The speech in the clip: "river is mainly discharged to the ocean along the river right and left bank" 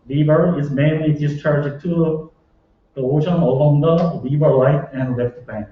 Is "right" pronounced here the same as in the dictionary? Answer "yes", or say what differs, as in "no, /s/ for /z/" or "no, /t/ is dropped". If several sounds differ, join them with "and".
no, /l/ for /ɹ/